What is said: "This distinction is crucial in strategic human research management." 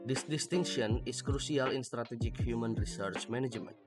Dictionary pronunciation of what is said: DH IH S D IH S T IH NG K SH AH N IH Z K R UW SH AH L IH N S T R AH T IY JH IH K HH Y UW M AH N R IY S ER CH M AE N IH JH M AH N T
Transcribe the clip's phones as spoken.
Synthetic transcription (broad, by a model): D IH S D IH S T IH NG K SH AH N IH S K R UW S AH L IH N S T R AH T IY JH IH K HH Y UW M AH N R IY S ER CH M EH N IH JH M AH N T